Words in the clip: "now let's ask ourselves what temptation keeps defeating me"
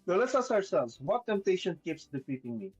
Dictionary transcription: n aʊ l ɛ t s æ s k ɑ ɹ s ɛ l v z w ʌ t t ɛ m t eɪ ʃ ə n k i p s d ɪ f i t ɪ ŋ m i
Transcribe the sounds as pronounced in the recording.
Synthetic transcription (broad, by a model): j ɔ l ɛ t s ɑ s ɑ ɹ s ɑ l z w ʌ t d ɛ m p eɪ ʃ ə n k i p s d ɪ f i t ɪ ŋ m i